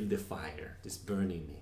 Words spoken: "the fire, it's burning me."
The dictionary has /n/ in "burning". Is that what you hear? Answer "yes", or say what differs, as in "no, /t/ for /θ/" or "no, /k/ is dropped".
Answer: yes